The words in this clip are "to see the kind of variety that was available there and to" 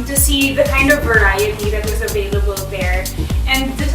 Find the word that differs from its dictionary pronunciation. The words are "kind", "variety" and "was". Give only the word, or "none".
none